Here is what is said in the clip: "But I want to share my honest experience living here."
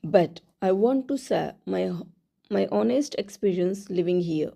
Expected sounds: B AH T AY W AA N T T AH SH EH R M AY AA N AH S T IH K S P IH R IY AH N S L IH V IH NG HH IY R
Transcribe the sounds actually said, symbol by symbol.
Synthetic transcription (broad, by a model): B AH T AY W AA N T S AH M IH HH M AY AA N AH S T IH K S P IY R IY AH N S L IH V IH NG HH IY R